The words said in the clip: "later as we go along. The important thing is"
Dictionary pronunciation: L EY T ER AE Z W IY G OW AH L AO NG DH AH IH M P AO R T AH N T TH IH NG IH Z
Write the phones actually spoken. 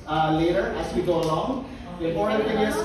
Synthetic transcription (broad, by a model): L EY T ER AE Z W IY G OW AH L AO NG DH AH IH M AO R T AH T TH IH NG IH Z